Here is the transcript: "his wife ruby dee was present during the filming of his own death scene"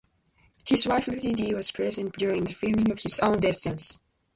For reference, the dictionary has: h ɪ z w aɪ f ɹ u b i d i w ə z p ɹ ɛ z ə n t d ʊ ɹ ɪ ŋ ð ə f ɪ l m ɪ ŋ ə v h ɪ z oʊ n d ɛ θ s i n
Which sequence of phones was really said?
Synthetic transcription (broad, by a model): h ɪ z w aɪ f l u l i d i w ə z p ɹ ɛ z ə n t d ʊ ɹ ɪ ŋ ð ə f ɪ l m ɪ ŋ ə v h ɪ z oʊ n d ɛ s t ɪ n